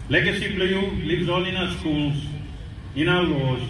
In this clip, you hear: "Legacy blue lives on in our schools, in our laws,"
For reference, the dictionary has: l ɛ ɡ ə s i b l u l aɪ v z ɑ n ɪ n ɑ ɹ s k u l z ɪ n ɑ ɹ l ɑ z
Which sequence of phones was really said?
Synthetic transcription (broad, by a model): l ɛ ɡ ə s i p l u l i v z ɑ l ɪ n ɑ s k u l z ɪ n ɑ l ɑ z